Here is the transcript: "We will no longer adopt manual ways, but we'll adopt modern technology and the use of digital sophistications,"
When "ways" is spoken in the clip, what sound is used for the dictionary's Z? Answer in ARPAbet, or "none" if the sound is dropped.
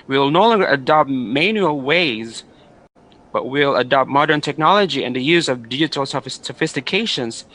Z